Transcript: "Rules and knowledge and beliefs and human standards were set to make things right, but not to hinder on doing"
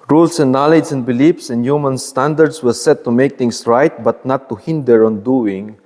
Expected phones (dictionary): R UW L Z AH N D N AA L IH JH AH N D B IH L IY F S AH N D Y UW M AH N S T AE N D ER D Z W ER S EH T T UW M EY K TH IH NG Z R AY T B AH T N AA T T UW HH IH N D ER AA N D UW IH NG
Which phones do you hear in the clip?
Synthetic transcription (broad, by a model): R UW L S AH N N AA L IH JH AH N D B IH L IY F S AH N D Y UW M AH N S T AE N D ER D S W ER S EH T T UW M EY K T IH NG S R AY T B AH T N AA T T UW HH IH N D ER AA N D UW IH NG